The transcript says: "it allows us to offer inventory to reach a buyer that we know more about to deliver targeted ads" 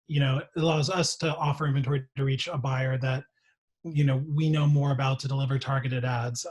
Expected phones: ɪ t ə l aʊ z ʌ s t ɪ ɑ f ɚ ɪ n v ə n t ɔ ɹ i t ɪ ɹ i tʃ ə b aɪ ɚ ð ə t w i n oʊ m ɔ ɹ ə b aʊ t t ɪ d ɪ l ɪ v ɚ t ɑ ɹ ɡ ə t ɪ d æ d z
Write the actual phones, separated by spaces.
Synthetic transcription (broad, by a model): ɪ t ə l aʊ z ʌ s t ɪ ɑ f ɚ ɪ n v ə n t ɔ ɹ i t ɪ ɹ i tʃ ə b aɪ ɚ ð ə t w i n oʊ m ɔ ɹ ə b aʊ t t ɪ d ɪ l ɪ v ɚ t ɑ ɹ ɡ ə t ɪ d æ d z